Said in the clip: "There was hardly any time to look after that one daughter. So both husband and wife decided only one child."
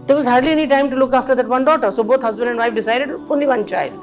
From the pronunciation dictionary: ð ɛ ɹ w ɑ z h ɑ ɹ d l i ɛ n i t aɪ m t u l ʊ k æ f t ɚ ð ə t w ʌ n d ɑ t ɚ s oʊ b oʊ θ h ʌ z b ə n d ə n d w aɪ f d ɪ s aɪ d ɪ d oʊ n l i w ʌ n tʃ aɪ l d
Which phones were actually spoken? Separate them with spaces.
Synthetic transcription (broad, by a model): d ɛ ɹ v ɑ z h ɑ ɹ d l i ɛ n i t aɪ m t u l ʊ k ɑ f t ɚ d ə t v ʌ n d ɑ t ɚ s oʊ b oʊ t h ʌ z b ə n d ə n d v aɪ f d ɪ s aɪ d ɪ d oʊ n l i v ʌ n tʃ aɪ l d